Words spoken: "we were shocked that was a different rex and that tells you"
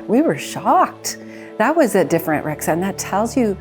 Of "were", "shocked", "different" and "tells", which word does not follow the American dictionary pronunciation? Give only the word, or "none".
none